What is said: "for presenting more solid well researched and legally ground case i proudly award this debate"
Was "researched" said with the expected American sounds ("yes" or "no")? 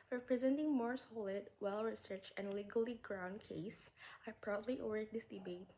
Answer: no